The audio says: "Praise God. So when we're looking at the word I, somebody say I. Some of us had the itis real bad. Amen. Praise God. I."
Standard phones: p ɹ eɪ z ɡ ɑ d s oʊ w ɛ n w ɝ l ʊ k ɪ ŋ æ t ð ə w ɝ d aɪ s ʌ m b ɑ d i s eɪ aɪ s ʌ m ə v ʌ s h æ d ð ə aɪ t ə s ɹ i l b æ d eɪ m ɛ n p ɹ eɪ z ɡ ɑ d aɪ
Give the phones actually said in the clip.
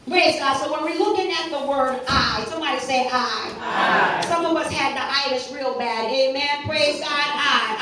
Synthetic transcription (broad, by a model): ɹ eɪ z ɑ s oʊ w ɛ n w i l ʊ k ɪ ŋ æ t ð ə w ɝ d aɪ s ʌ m ɑ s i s aɪ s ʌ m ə w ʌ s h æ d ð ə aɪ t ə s ɹ i l b æ d eɪ m ɛ n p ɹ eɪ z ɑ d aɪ